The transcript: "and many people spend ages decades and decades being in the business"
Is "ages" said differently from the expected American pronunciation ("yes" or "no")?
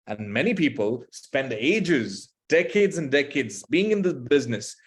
no